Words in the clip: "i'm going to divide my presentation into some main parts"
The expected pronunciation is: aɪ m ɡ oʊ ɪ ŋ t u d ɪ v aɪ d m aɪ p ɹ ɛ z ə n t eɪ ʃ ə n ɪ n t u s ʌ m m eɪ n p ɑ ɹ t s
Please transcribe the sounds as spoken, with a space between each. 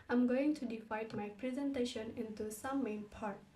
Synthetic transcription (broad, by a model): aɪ m ɡ oʊ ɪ ŋ t u d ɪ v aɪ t m aɪ p ɹ ɛ z ə n t eɪ ʃ ə n ɪ n t u s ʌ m m eɪ n p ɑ ɹ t